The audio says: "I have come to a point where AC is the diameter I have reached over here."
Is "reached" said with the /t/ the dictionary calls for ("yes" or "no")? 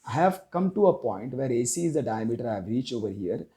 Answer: no